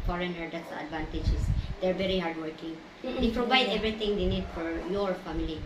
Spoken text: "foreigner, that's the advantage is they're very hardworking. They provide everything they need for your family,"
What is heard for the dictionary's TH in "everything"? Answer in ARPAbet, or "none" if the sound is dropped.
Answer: T